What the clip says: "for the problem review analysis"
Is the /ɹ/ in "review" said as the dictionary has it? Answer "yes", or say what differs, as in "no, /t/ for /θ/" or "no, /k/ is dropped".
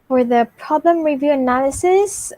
yes